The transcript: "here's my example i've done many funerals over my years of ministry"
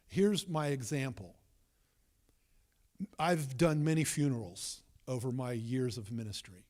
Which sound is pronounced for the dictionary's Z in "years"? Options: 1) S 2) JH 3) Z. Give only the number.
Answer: 3